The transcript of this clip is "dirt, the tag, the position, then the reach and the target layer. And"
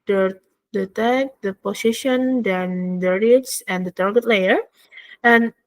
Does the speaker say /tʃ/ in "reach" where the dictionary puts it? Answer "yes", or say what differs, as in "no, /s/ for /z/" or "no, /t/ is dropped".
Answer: no, /s/ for /tʃ/